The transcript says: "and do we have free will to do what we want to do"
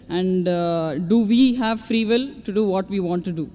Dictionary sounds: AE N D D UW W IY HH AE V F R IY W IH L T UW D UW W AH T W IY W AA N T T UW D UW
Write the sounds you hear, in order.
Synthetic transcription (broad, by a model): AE N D D UW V IY HH AE V F R IY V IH L T UW D UW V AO T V IY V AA N T T UW D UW